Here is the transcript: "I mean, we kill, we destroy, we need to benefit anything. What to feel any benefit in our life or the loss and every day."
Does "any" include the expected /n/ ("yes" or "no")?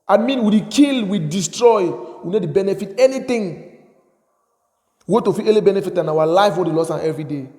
no